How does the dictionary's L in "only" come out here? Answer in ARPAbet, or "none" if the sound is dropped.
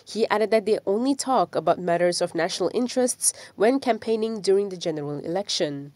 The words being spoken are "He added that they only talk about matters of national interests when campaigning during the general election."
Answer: L